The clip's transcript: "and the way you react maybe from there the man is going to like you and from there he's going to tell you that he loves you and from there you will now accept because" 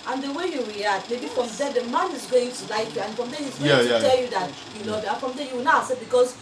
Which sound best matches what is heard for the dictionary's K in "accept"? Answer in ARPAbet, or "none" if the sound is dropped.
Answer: none